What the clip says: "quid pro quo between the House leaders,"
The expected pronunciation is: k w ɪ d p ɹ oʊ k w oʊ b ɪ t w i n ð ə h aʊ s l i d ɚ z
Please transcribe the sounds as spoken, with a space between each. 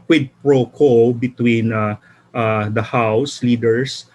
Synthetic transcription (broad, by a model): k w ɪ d p ɹ oʊ k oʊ b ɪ t w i n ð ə h aʊ s l i d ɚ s